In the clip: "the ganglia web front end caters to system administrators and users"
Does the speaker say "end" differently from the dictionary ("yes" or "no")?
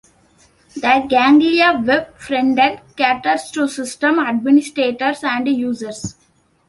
yes